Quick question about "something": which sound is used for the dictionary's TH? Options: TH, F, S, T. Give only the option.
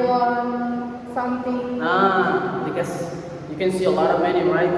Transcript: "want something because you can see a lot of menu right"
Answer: T